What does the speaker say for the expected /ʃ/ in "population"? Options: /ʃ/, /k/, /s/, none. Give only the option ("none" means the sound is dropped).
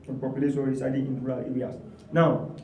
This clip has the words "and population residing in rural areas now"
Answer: /s/